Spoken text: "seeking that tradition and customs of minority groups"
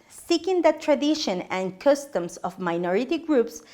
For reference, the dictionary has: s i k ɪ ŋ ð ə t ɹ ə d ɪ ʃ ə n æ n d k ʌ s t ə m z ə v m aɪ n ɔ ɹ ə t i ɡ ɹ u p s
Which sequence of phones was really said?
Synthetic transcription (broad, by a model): s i k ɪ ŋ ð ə t ɹ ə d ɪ ʃ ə n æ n k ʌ s t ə m s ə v m aɪ n ɔ ɹ ə t i ɡ ɹ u p s